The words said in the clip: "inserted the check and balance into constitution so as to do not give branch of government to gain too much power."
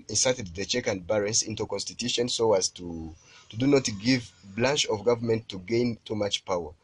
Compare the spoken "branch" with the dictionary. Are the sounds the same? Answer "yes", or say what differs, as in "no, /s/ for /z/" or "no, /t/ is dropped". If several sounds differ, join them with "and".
no, /l/ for /ɹ/